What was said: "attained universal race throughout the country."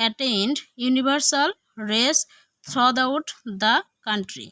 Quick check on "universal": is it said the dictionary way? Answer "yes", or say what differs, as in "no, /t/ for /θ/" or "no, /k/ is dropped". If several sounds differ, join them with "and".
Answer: no, /b/ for /v/